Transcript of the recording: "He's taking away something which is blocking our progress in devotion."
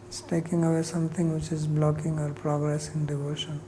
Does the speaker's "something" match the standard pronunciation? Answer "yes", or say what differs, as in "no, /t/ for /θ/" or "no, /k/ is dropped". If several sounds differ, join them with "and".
no, /t/ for /θ/